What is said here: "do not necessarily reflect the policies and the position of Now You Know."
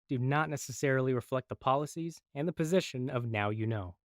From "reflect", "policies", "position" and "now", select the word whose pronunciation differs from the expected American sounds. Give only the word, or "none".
none